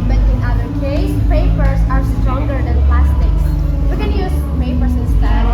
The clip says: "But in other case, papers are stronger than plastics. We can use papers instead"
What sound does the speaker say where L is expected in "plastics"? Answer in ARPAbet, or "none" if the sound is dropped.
L